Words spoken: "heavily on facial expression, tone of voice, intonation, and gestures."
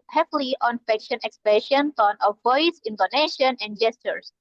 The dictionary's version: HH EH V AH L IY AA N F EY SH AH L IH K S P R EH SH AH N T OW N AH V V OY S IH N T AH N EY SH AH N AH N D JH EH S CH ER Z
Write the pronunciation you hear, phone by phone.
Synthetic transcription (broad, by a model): HH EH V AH L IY AA N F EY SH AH N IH K S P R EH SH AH N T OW N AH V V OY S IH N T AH N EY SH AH N AH N D JH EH S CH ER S